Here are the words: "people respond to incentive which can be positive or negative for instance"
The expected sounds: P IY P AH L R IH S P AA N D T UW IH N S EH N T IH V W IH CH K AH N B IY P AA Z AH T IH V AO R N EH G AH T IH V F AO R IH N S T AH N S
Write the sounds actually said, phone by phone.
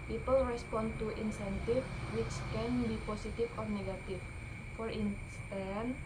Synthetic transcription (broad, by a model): P IY P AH L R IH S P AA N T UW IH N S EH N T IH F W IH CH K AH N B IY P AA S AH T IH F AO R N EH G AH T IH F F AO R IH N S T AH N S